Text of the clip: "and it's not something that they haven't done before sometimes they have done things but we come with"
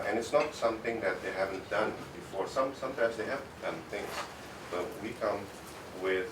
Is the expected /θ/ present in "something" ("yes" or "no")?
no